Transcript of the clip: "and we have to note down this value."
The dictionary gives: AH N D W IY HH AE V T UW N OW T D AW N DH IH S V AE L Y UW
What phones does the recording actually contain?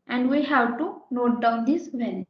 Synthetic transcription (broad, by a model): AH N D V IY HH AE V T UW N OW T D AW N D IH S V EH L